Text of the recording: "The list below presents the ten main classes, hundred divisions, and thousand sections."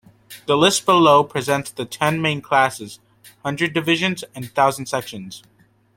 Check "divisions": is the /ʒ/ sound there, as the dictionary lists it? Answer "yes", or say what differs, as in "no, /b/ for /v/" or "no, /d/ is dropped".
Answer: yes